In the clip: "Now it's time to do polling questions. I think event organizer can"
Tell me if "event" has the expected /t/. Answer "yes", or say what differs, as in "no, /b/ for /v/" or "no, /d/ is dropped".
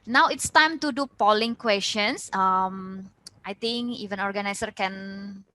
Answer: no, /t/ is dropped